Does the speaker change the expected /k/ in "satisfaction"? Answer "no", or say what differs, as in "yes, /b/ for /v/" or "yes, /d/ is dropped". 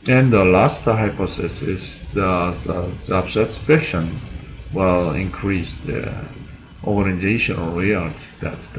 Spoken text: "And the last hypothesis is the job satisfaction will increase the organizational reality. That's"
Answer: yes, /k/ is dropped